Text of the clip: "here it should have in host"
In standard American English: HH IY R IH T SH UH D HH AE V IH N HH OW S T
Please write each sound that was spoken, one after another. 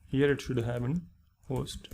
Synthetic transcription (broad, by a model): HH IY R IH T SH UH D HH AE P IH N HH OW S T